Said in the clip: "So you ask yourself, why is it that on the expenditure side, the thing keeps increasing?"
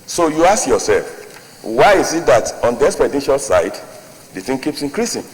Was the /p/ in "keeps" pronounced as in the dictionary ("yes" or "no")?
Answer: yes